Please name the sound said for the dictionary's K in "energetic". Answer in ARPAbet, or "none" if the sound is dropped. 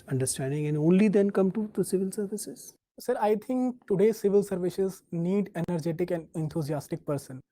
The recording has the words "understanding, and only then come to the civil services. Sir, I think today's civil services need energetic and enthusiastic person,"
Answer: K